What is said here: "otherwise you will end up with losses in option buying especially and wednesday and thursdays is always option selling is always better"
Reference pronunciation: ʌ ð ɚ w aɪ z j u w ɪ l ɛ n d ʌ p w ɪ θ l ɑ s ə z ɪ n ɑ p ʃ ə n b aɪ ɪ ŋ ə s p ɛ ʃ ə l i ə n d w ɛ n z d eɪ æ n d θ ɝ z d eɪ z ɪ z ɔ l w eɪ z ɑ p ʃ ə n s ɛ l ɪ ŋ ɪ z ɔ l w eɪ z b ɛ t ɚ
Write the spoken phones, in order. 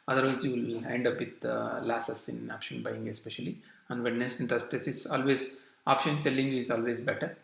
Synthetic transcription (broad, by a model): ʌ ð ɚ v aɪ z j u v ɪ l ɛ n d ʌ p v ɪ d l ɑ s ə s ɪ n ɑ p ʃ ə n b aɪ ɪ ŋ ə s p ɛ ʃ ə l i ə n d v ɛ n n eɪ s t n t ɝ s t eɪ s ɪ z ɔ l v eɪ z ɑ p ʃ ə n s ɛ l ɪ ŋ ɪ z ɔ l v eɪ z b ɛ t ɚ